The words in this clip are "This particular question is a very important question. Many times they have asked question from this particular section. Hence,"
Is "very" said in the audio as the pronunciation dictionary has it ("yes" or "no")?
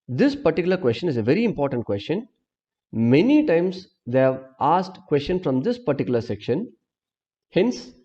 yes